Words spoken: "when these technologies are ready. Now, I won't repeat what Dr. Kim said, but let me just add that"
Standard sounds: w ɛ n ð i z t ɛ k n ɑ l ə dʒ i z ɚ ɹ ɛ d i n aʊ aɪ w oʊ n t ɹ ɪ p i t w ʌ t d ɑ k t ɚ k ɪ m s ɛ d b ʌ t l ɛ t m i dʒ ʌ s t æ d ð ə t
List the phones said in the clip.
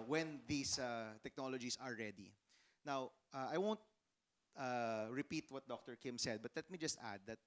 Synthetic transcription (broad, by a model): w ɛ n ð i s t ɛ k n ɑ l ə dʒ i s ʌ ɹ ɛ d i n aʊ aɪ w oʊ n t ɹ ɪ p i t w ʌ t d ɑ k t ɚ k ɪ m s ɛ d b ʌ t l ɛ t m i dʒ ʌ s t æ d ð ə t